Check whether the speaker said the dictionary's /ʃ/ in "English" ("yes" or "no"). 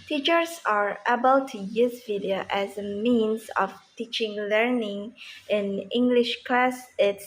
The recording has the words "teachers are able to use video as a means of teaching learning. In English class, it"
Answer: yes